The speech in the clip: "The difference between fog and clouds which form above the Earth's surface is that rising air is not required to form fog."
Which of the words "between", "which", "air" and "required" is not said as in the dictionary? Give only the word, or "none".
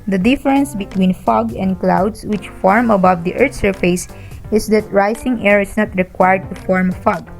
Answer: none